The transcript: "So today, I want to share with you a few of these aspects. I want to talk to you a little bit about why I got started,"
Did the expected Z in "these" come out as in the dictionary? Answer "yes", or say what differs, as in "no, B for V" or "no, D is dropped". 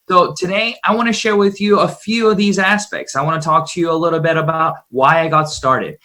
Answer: yes